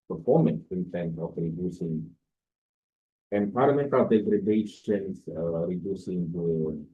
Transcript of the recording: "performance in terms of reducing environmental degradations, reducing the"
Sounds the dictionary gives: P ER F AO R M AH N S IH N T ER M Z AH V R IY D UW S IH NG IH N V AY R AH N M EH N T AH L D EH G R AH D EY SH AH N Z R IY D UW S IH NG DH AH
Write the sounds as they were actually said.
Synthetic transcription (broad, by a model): P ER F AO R M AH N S IH N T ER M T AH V R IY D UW S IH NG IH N P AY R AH M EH N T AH L D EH G R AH D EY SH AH N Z R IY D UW S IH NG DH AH